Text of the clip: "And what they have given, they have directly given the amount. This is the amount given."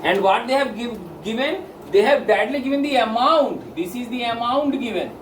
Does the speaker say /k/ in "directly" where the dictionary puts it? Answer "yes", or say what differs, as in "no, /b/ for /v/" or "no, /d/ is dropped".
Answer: no, /k/ is dropped